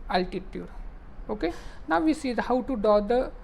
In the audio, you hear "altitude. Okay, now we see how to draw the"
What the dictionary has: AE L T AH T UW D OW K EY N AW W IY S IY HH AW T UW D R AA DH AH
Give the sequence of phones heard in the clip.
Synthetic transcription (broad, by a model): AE L T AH T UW D OW K EY N AW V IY S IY HH AW T UW D AA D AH